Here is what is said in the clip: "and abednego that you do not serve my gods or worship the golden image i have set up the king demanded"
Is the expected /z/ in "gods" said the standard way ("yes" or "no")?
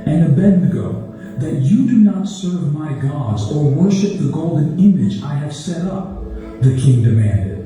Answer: yes